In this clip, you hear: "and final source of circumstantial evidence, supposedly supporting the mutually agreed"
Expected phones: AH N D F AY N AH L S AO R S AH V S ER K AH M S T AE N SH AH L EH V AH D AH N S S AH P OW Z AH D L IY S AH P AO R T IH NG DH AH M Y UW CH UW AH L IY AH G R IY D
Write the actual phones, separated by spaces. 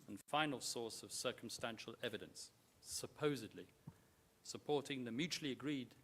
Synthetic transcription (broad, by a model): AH N F AY N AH L S AO R S AH V S ER K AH M S T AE N SH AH L EH V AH D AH N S S AH P OW Z AH D L IY S AH P AO R T IH NG DH AH M Y UW CH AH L IY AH G R IY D